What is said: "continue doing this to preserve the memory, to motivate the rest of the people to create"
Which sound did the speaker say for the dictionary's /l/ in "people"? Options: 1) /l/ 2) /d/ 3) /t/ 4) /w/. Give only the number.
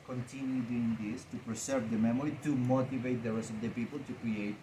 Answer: 1